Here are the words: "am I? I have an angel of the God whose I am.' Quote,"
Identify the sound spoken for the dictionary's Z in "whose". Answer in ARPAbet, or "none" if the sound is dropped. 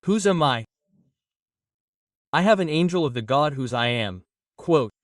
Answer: Z